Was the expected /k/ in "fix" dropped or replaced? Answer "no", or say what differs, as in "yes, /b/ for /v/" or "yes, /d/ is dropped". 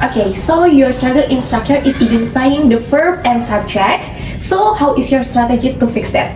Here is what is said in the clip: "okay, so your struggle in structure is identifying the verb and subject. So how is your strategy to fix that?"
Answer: no